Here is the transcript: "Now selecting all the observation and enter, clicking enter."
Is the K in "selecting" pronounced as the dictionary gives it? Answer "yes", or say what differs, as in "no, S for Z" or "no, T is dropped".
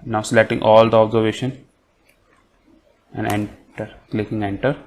no, K is dropped